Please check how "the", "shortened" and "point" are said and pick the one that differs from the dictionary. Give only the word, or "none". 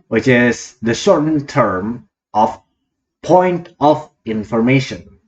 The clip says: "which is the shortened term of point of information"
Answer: shortened